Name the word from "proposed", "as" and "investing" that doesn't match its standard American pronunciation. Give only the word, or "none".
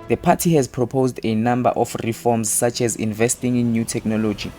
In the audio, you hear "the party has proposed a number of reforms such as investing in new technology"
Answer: none